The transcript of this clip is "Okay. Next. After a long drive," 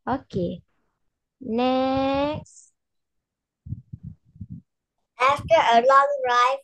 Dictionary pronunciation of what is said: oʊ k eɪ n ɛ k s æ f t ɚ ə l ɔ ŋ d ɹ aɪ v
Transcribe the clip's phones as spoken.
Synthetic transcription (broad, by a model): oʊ k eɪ n ɛ k s æ f t ɚ ə l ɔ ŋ ɹ aɪ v